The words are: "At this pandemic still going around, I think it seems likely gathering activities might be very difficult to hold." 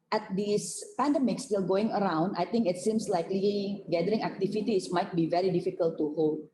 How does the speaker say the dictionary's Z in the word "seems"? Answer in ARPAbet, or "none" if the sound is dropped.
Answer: S